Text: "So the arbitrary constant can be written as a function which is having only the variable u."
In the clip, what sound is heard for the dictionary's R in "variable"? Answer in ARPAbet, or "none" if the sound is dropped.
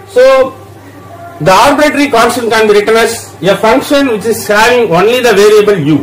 R